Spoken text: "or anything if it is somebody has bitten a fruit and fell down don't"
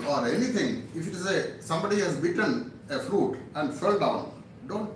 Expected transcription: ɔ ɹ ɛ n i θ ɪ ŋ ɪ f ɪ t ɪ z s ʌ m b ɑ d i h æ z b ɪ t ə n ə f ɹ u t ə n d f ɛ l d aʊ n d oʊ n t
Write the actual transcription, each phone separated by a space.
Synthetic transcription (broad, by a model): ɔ ɹ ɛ n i t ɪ ŋ ɪ f ɪ t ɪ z s ʌ m b ɑ d i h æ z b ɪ t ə n ə f ɹ u t ə n d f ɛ l d aʊ n d oʊ n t